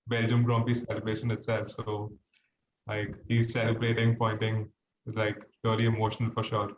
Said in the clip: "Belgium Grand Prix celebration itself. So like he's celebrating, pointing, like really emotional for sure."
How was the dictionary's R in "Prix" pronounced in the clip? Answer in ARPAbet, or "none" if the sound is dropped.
none